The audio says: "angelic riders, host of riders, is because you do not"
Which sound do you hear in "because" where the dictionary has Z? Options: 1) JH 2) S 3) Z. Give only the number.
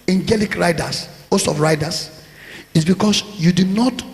2